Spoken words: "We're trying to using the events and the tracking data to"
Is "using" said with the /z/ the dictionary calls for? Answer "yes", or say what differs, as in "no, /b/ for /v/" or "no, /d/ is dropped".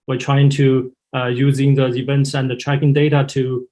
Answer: yes